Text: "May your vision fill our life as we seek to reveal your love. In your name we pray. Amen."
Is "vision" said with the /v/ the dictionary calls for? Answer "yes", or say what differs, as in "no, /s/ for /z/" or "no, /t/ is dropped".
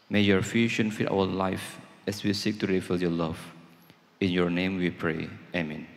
no, /f/ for /v/